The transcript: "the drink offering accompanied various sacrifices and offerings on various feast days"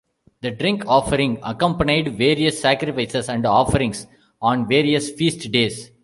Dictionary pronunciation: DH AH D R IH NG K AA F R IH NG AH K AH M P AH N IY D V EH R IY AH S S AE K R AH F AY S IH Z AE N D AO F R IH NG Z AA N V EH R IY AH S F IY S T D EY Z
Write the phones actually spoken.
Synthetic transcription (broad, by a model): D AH D R IH NG K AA F R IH NG AH K AH M P AH N IY D V EH R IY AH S S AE K R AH F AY S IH S AE N D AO F R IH NG S AA N V EH R IY AH S F IY S T D EY S